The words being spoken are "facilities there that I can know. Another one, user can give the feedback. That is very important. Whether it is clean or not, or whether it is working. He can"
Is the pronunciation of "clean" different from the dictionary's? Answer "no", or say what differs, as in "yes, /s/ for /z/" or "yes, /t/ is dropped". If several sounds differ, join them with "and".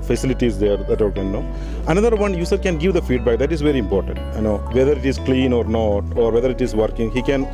no